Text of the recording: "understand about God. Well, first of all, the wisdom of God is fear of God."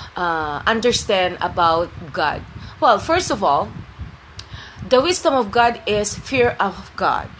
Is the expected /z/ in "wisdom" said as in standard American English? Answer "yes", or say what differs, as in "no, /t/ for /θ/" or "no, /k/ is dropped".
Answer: no, /s/ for /z/